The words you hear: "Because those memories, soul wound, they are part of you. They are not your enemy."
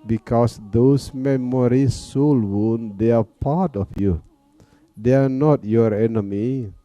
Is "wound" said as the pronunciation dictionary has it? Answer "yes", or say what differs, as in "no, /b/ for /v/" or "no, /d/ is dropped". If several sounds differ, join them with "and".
yes